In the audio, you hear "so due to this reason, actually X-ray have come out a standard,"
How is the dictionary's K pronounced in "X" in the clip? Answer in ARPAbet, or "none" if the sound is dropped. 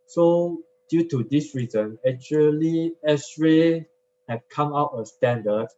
none